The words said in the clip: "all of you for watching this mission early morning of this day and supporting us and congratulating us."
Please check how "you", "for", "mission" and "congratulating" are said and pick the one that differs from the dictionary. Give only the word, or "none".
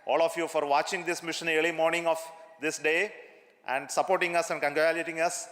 congratulating